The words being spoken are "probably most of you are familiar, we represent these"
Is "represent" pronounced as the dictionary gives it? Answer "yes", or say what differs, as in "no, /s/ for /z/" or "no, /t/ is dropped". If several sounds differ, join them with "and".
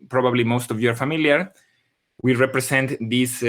no, /s/ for /z/